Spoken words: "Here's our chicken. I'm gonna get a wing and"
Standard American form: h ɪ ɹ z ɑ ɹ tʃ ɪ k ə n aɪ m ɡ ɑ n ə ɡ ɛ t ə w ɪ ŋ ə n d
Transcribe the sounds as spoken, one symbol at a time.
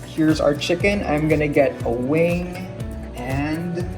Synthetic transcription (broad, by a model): h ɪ ɹ z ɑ ɹ tʃ ɪ k ə n aɪ m ɡ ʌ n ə ɡ ɛ t ə w ɪ ŋ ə n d